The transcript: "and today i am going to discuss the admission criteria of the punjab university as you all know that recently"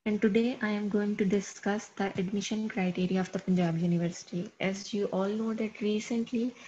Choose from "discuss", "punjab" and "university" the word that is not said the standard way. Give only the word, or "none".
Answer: none